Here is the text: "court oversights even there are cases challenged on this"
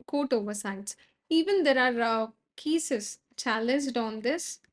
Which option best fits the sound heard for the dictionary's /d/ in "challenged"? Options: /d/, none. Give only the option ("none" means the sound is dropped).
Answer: /d/